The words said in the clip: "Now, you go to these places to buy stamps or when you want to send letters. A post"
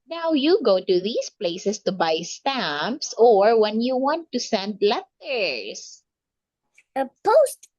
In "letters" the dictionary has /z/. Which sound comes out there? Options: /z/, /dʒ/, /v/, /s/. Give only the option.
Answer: /s/